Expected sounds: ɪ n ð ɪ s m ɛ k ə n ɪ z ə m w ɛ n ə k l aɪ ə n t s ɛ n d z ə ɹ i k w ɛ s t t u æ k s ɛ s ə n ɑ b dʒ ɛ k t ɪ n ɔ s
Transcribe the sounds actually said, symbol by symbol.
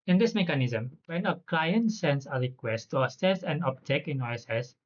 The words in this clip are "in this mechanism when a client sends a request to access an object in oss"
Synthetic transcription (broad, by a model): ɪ n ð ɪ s m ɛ k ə n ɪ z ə m w ɛ n ə k l aɪ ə n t s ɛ n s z ə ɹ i k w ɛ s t t u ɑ s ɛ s ə n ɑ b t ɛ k ɪ n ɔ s